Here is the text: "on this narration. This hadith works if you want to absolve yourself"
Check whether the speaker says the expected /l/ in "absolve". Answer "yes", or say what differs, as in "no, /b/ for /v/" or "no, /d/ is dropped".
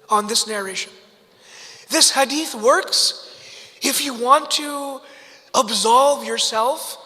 yes